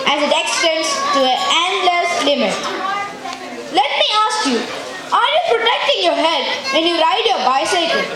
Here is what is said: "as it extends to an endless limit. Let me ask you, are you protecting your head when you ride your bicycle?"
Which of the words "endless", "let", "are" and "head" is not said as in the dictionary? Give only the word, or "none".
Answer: none